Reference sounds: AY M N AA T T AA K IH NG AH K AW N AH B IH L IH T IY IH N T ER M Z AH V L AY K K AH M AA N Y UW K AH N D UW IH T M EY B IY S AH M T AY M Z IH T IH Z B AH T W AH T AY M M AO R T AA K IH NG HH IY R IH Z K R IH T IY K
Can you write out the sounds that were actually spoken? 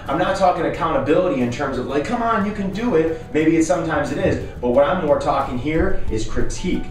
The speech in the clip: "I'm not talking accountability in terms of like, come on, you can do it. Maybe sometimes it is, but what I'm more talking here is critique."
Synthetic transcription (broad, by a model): AY M N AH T T AA K IH NG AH K AW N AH B IH L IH T IY IH N T ER M Z AH V L AY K K AH M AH N Y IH K AH N D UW IH T M EY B IY S AH M T AY M Z IH T IH Z B AH T W AH T AY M M AO R T AA K IH NG HH IY R IH Z K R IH T IY K